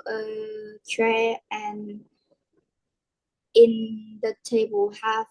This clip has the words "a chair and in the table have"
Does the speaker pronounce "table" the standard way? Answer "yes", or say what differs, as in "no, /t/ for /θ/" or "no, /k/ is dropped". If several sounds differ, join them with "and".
yes